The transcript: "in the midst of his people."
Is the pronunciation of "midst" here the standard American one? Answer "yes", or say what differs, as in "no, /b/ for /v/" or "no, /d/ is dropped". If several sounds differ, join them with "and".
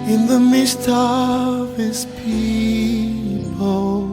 yes